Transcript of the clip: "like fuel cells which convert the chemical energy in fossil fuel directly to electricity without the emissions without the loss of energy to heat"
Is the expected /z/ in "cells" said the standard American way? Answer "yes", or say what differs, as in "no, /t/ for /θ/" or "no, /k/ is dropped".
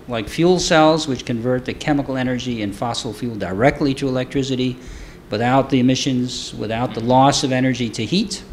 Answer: yes